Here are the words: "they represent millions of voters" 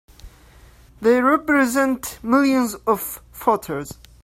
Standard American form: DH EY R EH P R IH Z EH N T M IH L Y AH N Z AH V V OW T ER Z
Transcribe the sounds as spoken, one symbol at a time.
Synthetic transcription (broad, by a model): DH EY R EH P R IH Z EH N T M IH L Y AH N Z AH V F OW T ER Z